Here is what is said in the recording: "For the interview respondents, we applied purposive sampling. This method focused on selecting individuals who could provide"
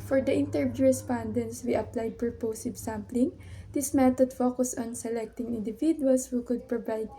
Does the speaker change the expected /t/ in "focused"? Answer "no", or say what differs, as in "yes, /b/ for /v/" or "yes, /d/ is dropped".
yes, /t/ is dropped